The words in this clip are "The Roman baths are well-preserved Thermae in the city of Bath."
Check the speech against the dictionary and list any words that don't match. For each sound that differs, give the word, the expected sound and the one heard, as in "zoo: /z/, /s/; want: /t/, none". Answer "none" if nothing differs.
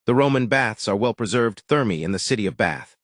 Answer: none